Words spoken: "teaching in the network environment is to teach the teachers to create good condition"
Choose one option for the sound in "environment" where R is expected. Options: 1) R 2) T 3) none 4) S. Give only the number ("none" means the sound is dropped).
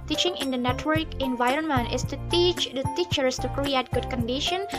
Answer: 1